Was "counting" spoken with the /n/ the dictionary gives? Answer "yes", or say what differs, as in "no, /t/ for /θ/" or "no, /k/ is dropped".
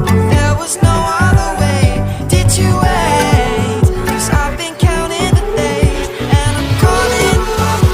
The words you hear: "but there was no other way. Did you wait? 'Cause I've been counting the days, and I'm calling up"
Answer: no, /l/ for /n/